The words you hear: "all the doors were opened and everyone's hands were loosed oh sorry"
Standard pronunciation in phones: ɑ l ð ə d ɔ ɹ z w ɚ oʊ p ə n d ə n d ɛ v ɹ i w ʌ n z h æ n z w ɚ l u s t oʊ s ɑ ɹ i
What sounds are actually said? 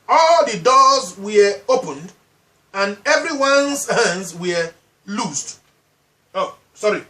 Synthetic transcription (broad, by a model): ɑ l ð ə d ɔ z w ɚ oʊ p ə n d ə n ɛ v ɹ i w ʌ n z h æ n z w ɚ l u s t oʊ s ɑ ɹ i